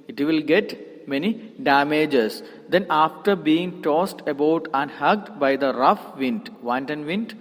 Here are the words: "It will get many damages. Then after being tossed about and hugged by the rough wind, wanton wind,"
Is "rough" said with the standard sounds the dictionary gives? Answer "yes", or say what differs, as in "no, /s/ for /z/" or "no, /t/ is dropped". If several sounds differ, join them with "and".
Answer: yes